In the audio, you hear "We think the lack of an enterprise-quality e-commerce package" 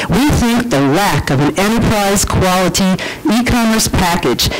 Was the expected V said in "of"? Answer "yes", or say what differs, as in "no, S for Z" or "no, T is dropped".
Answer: yes